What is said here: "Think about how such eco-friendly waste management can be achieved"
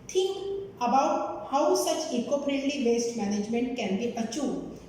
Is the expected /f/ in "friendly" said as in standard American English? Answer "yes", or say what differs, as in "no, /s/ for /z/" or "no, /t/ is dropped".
no, /p/ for /f/